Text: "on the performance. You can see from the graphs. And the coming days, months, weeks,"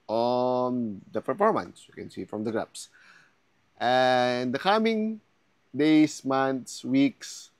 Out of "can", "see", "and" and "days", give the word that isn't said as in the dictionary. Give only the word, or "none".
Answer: days